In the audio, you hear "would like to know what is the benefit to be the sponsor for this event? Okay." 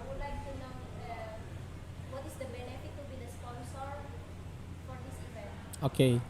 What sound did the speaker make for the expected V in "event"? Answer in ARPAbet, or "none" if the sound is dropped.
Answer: P